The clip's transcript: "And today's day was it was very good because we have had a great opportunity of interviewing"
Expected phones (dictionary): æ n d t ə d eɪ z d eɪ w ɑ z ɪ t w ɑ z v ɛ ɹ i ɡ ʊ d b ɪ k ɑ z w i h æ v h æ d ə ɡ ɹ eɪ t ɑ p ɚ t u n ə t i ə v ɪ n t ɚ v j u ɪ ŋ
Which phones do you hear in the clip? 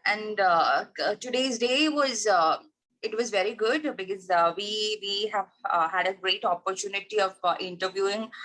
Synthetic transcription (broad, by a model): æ n d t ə d eɪ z d eɪ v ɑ z ɪ t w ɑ z v ɛ ɹ i ɡ ʊ d b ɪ k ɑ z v i h æ v h æ d ə ɡ ɹ eɪ t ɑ p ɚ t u n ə t i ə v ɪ n t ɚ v j u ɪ ŋ